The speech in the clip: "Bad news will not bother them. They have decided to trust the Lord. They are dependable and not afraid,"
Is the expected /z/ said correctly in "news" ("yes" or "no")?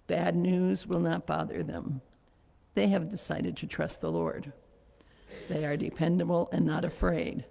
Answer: yes